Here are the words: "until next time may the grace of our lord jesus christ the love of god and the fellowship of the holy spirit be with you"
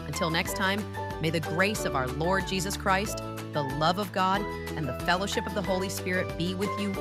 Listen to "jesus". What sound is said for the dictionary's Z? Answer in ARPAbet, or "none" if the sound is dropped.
Z